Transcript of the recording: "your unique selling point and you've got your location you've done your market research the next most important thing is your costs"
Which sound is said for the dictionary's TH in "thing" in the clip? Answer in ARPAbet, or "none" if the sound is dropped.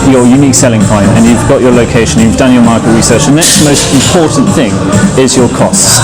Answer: TH